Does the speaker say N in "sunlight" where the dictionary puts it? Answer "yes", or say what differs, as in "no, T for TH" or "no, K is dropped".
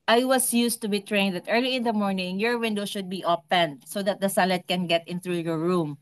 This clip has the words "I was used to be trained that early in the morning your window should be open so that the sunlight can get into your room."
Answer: no, N is dropped